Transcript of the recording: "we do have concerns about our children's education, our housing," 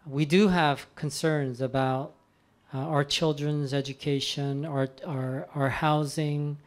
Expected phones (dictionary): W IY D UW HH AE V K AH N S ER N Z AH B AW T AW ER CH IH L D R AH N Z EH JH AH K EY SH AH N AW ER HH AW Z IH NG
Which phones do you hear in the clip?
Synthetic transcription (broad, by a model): W IY D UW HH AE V K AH N S ER N Z AH B AW T AW ER CH IH L D R AH N Z EH JH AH K EY SH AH N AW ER HH AW Z IH NG